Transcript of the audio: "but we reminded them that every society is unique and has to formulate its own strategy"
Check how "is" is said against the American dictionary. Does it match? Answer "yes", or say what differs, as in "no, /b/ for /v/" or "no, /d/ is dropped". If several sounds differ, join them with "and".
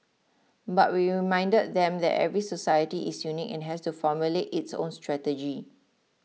no, /s/ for /z/